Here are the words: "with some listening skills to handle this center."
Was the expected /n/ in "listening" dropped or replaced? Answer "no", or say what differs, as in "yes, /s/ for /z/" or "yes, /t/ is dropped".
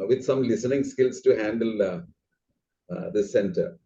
no